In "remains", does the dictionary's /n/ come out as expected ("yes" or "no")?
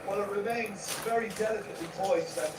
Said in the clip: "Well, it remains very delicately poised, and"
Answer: yes